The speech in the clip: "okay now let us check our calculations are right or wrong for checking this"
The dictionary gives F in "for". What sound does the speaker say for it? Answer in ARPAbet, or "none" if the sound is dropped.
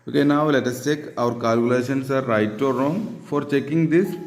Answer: F